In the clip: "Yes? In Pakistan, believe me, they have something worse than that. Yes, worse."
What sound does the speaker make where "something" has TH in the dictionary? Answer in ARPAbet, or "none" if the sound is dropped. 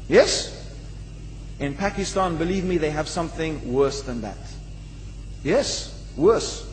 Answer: TH